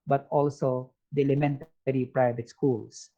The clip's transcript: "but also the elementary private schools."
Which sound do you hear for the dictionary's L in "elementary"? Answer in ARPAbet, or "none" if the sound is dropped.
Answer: L